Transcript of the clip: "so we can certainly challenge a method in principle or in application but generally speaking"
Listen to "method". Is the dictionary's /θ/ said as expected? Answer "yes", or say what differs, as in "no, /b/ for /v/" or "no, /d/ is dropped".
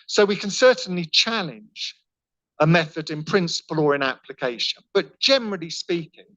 yes